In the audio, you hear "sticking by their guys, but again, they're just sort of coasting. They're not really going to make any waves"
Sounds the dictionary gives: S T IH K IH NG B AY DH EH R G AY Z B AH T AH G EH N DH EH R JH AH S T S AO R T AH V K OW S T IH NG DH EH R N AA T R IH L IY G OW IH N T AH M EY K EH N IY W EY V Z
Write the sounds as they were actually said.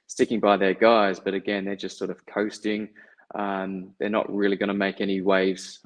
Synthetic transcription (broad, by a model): S T IH K IH NG B AY DH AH R G AY Z B AH T AH G EH N DH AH R JH AH S T S AO R T AH V K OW S T IH NG DH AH R N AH T R IH L IY G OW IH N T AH M EY K EH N IY W EY V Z